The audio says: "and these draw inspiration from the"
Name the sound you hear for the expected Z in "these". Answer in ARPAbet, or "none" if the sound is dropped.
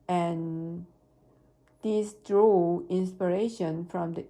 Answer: S